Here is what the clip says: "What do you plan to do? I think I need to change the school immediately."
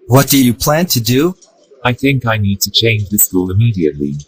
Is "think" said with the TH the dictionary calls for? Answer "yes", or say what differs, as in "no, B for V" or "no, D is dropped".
yes